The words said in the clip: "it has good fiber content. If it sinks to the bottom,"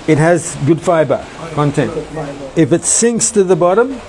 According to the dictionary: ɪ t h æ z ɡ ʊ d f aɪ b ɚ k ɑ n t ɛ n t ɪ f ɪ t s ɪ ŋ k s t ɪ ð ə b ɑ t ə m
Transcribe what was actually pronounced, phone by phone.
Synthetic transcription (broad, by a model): ɪ t h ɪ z ɡ ʊ d f aɪ b ɚ k ɑ n t ɛ n t ɪ f ɪ t s ɪ ŋ k s t ɪ ð ə b ɑ t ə m